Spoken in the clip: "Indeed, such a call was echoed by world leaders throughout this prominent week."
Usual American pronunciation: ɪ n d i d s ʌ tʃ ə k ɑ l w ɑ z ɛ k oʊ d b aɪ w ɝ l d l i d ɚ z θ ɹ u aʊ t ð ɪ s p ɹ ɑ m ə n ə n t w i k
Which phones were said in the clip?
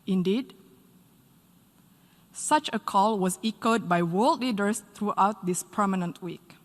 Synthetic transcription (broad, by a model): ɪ n d i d s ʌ tʃ ə k ɑ l w ɑ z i k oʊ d b aɪ w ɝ l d l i d ɚ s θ ɹ u aʊ t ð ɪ s p ʌ m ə n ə n t w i k